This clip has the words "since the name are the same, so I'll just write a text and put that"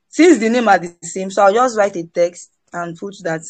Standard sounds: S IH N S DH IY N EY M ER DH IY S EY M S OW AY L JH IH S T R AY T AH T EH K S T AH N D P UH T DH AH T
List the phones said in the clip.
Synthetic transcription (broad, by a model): S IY N S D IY N EY M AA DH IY S EY M S OW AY W JH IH S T R AY T AH T EH K S T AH N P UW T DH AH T